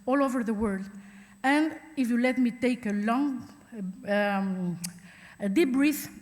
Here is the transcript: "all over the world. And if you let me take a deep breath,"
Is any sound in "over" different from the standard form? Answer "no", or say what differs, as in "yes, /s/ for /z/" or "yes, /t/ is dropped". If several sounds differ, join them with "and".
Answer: no